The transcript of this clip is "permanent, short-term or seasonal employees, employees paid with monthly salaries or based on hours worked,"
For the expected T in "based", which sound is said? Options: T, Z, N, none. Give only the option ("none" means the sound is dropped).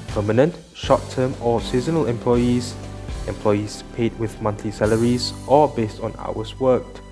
T